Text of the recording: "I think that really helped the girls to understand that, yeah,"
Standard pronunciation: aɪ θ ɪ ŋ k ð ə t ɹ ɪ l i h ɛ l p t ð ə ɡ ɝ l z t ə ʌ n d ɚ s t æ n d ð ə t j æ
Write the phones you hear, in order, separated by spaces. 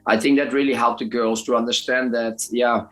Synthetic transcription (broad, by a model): aɪ θ ɪ ŋ k ð ə t ɹ ɪ l i h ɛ l p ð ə ɡ ɝ l z t ə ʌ n d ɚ s t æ n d ð ə t j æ